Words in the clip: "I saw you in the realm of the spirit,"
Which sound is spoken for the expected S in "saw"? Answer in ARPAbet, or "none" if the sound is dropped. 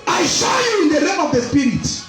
SH